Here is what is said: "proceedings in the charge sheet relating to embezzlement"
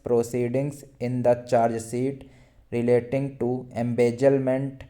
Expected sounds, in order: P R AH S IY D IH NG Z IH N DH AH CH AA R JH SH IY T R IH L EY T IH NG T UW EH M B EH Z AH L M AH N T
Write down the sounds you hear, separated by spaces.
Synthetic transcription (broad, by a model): P R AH S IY D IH NG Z IH N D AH CH AA R JH S IY T R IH L EY T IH NG T UW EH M B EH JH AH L M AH N T